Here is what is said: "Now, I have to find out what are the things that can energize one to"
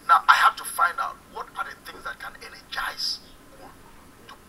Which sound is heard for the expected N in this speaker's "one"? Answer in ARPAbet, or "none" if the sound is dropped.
L